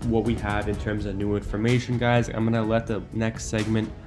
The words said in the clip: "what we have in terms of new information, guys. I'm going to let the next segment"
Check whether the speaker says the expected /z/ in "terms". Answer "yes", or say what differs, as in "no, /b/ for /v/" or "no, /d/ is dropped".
yes